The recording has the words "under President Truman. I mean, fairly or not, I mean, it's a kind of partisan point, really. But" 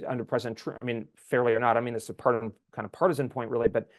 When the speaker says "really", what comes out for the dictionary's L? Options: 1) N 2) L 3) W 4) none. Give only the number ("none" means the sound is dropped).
2